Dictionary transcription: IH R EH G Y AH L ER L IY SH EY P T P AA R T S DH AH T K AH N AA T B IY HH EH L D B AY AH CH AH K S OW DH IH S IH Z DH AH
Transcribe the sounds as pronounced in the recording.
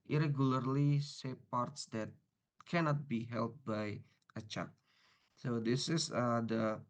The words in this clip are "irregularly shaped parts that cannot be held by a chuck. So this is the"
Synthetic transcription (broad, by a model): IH R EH G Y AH L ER L IY S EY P P AA R T S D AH T K AH N AA T B IY HH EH L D B AY AH CH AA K S OW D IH S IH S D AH